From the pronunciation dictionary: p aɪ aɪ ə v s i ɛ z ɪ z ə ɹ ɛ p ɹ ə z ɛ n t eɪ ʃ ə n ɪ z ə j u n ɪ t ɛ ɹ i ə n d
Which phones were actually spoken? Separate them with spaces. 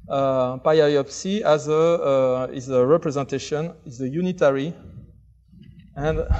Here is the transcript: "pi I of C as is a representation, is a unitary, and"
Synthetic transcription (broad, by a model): p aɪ aɪ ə p s i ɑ z ɪ z ə ɹ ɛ p ɹ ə z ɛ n t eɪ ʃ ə n ɪ z ə j u n ɪ t ɛ ɹ i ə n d